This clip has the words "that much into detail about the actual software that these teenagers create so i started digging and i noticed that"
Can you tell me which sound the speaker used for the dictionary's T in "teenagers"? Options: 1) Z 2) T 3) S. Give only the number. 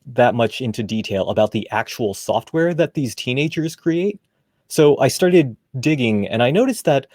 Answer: 2